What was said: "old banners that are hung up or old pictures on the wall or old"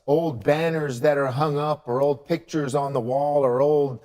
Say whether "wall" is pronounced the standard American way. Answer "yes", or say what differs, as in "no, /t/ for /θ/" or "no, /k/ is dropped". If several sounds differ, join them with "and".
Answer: yes